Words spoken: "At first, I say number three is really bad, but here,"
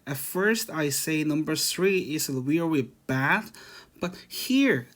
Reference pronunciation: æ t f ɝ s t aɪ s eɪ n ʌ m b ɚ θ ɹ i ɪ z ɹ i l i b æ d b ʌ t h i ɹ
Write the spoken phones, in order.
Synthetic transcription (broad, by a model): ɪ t f ɝ s t aɪ s eɪ n ʌ m b ɚ θ ɹ i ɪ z w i w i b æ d b ʌ t h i ɹ